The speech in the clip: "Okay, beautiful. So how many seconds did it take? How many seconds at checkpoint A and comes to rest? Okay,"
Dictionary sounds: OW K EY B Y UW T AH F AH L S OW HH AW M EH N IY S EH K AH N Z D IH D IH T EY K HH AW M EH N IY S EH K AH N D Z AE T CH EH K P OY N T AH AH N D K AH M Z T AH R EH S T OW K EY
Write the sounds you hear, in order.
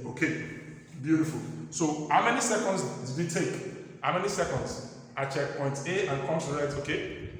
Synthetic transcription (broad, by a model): OW K EY B Y UW T AH F AH L S OW HH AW M EH N IY S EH K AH N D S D IH T EY K HH AW M EH N IY S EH K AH N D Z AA CH EH K P OY N T AH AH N K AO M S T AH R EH T OW K EY